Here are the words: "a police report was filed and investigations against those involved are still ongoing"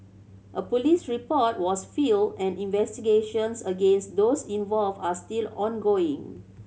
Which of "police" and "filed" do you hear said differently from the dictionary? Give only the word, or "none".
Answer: filed